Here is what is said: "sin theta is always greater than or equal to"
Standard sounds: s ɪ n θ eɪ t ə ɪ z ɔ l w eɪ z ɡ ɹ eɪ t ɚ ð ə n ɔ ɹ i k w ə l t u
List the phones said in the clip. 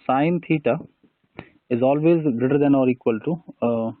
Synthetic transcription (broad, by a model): s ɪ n t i t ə ɪ z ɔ l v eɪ z ɡ ɹ eɪ t ɚ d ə n ɔ ɹ i k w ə l t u